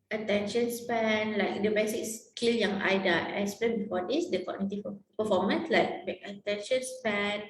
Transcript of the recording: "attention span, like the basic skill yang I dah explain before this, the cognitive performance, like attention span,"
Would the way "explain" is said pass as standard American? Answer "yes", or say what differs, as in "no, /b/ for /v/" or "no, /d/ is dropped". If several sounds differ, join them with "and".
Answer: no, /k/ is dropped and /l/ is dropped